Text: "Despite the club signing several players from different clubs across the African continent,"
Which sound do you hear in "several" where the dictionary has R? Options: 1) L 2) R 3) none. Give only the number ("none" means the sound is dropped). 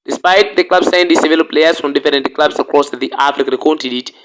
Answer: 3